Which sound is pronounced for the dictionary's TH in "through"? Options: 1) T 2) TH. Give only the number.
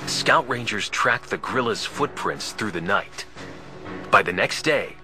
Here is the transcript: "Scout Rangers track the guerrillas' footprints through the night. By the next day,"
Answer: 2